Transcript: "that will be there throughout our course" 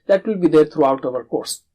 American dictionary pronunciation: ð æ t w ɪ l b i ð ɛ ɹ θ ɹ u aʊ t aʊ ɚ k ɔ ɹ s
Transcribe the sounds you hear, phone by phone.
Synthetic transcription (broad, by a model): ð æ t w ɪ l b i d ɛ ɹ t ɹ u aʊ t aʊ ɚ k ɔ ɹ s